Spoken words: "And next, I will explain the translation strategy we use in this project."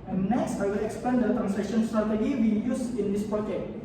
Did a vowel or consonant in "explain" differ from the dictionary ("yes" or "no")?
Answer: yes